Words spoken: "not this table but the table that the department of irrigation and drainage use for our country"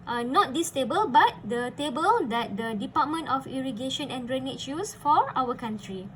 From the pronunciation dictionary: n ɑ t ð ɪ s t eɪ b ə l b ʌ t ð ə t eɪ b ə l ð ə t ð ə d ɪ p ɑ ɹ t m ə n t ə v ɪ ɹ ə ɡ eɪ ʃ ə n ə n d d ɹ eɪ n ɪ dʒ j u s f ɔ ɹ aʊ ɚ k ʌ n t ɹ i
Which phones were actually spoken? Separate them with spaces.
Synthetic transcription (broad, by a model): n ɑ t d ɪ s t eɪ b ə l b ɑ t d ə t eɪ b ə l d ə t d ə d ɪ p ɑ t m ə n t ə f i ɹ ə ɡ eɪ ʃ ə n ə n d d ɹ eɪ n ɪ tʃ j u s f ɔ ɹ aʊ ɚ k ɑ n t ɹ i